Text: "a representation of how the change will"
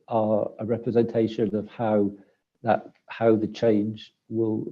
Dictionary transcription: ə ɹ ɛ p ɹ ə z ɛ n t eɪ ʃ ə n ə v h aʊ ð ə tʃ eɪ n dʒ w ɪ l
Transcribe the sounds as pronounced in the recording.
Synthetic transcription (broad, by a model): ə ɹ ɛ p ɹ ə z ɛ n t eɪ ʃ ə n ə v h aʊ ð ə tʃ eɪ n dʒ w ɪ l